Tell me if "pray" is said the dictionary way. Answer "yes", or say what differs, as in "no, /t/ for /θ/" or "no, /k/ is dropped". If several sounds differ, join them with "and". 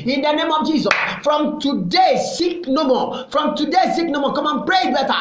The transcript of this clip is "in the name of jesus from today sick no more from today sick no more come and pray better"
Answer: yes